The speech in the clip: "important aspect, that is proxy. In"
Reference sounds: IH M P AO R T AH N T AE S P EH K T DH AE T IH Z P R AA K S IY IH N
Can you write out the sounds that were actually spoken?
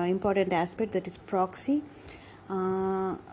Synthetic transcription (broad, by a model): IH M P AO R T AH N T AE S P EH K T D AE T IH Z P R AA K S IY